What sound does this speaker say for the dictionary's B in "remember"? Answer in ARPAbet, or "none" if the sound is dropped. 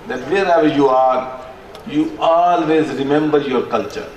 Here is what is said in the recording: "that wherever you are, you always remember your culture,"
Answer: B